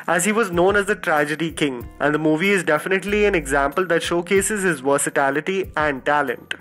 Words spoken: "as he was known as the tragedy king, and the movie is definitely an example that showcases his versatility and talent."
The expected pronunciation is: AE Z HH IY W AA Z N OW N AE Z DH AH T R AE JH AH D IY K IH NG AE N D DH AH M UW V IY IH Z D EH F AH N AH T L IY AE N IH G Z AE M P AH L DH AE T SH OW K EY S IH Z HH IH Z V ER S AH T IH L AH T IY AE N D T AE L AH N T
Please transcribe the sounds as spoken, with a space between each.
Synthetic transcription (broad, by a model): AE Z HH IY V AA Z N OW N AE Z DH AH T R AE JH AH D IY K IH NG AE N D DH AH M UW V IY IH Z D EH F AH N AH T L IY AE N IH G Z AE M P AH L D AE T SH OW K EY S IH Z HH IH Z V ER S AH T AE L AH T IY AE N D T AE L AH N T